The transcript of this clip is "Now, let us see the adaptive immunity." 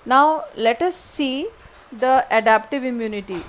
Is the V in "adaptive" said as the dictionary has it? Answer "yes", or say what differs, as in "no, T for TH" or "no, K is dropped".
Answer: yes